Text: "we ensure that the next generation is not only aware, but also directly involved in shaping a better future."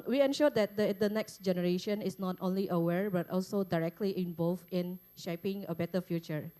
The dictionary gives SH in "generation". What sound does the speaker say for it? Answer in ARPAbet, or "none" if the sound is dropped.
SH